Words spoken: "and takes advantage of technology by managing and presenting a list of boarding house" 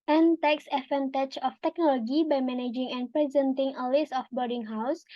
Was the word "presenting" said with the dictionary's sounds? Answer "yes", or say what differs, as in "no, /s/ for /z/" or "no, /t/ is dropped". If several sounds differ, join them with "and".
yes